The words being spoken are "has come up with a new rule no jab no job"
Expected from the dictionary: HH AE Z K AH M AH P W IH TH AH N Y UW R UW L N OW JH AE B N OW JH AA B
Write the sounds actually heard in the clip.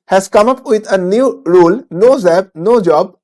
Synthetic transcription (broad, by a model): HH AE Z K AH M AH P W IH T AH N Y UW R UW L N OW Z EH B N OW JH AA B